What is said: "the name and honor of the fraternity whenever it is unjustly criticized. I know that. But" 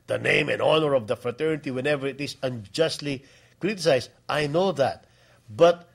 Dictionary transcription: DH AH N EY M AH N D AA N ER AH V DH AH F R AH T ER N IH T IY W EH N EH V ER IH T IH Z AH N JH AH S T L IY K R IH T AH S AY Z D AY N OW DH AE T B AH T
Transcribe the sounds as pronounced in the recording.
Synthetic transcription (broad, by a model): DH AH N EY M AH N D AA N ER AH V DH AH F R AH T ER N IH T IY W EH N EH V ER IH T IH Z AH N JH AH S T L IY K R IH T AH S AY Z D AY N OW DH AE T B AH T